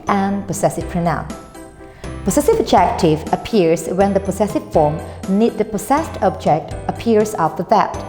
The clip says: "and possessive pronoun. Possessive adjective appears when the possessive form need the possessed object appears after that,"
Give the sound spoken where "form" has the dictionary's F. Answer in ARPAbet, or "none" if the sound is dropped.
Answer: F